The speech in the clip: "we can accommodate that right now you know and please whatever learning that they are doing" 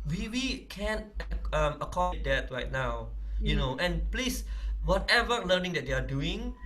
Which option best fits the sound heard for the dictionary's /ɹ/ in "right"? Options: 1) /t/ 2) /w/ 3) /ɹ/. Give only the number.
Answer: 3